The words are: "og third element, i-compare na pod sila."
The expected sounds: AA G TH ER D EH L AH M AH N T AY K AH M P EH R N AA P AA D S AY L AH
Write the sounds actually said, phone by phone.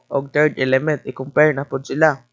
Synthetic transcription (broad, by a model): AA G T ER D EH L AH M AH N T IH K AH M P EH R N AA P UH D S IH L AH